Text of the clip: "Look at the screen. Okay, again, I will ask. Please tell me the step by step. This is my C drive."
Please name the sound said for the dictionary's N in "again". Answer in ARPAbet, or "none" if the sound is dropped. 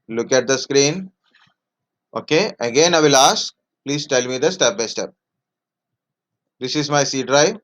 N